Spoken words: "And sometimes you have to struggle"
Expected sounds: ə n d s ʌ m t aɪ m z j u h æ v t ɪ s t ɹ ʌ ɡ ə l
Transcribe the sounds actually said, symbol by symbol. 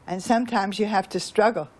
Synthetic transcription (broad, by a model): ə n s ʌ m t aɪ m z j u h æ f t ɪ s t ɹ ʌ ɡ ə l